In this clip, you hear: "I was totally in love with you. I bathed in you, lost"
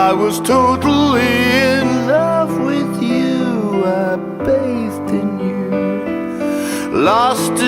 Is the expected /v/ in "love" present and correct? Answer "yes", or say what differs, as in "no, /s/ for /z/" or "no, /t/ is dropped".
no, /f/ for /v/